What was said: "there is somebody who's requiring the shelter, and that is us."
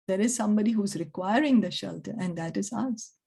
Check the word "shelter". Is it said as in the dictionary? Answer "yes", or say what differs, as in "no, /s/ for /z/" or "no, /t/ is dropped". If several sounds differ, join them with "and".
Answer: yes